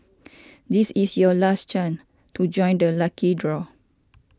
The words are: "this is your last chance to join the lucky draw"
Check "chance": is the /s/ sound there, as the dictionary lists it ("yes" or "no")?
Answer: no